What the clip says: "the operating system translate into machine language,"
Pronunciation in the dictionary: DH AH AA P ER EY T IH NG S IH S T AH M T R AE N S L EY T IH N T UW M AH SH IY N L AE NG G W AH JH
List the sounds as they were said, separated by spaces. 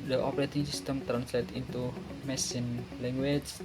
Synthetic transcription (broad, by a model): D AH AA P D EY T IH NG S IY S T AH M T R AE N S L EY T IH N T UW M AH S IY N L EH NG G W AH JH